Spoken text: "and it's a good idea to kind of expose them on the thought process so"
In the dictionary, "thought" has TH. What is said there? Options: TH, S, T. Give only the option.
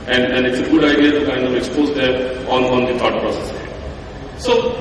T